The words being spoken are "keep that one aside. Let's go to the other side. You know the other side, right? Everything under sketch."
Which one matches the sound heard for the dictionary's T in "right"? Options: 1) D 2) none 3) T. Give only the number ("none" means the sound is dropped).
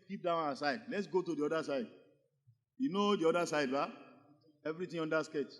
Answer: 2